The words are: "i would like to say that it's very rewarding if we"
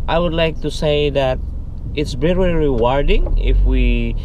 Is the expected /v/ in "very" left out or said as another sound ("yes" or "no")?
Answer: yes